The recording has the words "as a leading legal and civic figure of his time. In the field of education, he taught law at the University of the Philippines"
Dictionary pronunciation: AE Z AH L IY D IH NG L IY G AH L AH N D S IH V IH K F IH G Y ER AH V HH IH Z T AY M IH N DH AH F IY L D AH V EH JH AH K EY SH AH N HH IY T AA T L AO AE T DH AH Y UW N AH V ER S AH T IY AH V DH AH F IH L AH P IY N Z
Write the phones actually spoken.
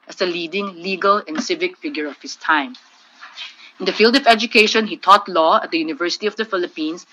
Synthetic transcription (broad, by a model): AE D AH L IY D IH NG L IY G AH L AH N D S IH V IH K F IH G Y ER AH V HH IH S T AY M IH N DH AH F IY L D AH V EH JH AH K EY SH AH N HH IY T AA T L AO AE T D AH Y UW N AH V ER S AH T IY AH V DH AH F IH L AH P IY N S